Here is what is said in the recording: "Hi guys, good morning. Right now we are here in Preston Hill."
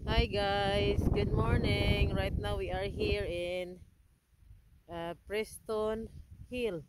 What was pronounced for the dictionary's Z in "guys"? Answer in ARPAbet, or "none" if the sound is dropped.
S